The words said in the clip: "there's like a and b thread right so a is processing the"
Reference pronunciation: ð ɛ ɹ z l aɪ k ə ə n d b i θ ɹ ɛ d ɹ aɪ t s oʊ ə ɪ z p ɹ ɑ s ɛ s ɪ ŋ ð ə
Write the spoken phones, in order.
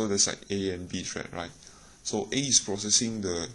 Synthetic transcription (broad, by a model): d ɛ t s l aɪ k ə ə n b i t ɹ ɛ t ɹ aɪ t s oʊ ə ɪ s p ɹ ɑ s ɛ s ɪ ŋ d ə